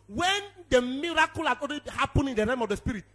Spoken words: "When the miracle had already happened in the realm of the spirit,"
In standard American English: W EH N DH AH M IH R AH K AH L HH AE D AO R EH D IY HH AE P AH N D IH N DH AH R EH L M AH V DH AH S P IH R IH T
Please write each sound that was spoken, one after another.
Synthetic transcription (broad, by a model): W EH N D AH M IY R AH K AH L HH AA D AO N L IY HH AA P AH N IH N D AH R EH M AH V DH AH S P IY R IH T